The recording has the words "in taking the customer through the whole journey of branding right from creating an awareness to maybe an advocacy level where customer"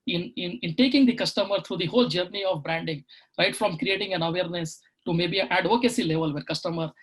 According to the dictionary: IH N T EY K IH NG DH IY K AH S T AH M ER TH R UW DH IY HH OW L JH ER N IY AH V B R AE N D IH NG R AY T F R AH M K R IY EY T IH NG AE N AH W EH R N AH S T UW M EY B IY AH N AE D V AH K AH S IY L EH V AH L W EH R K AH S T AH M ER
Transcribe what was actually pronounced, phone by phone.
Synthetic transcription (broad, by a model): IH N T EY K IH NG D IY K AH S T AH M ER T R UW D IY HH OW L JH ER N IY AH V B R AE N D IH NG R AY T F R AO M K R IY EY T IH NG AE N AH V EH R N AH S T UW M EY B IY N AE D V AH K AH S IY L EH V AH L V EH R K AH S T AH M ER